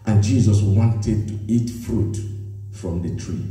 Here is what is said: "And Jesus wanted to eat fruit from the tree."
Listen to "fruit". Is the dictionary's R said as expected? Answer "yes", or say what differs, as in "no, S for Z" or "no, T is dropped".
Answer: yes